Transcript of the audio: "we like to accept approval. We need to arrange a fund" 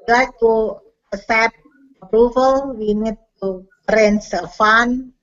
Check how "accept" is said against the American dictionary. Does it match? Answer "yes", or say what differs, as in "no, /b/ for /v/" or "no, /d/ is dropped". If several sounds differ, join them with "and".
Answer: no, /k/ is dropped